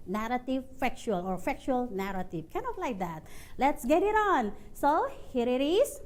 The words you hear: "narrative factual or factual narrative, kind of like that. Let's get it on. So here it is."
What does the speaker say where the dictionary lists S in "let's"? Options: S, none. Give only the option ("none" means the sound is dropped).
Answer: S